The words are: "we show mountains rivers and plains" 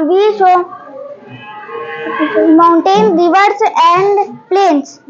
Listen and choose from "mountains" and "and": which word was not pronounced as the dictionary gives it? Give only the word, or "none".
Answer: mountains